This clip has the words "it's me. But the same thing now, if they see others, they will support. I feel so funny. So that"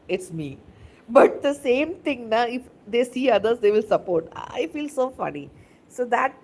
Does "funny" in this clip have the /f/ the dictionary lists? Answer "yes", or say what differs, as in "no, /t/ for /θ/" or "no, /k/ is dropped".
yes